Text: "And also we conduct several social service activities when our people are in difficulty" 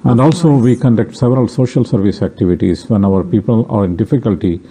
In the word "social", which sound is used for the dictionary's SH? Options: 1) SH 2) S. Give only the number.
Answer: 1